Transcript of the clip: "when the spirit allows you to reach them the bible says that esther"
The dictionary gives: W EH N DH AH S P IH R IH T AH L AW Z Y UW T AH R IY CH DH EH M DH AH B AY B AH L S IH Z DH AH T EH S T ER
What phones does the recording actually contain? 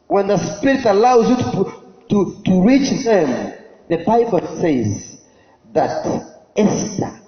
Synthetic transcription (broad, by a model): W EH N DH AH S P IH R IH T AH L AW Z Y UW T AH R IY CH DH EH M DH AH B AY B AH L S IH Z DH AH T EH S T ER